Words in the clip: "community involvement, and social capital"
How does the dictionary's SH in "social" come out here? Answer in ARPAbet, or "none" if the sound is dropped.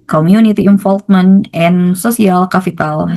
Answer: S